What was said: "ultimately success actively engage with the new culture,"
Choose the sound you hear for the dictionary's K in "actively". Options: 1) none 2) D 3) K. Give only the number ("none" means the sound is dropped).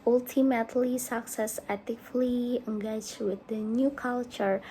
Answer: 1